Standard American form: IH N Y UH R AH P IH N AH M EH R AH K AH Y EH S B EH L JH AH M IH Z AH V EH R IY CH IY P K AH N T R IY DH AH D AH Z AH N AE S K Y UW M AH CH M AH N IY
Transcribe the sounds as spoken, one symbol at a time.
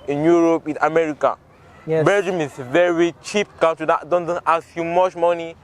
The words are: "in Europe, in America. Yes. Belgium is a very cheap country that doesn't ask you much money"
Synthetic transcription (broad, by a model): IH N Y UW R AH P IH N AH M EH R AH K AH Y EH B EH JH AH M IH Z V EH R IY CH IY P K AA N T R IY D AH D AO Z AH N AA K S Y UW M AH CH M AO N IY